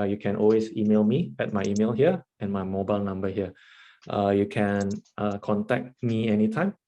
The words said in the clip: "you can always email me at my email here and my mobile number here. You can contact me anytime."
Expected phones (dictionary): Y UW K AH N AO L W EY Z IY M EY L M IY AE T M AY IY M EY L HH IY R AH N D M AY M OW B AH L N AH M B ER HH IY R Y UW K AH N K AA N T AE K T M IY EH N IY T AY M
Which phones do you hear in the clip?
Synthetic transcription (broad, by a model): Y UW K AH N AO L W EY S IY M EY L M IY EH T M AY IY M EY L HH IY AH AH N M AY M OW B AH L N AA M B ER HH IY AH Y UW K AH N K AA N T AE K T M IY EH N IY T AY M